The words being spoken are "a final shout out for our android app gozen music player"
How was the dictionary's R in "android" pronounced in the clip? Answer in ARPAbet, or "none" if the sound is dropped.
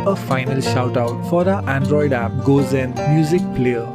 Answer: R